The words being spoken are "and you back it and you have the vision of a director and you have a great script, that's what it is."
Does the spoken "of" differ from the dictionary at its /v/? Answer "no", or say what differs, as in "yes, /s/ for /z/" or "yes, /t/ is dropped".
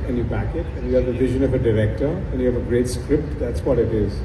no